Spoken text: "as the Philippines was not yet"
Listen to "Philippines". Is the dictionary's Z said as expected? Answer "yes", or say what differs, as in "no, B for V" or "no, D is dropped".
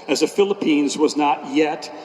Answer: yes